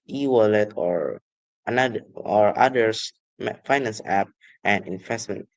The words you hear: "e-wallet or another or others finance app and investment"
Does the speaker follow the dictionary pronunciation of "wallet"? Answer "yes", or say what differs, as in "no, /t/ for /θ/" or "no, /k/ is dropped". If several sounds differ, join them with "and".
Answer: yes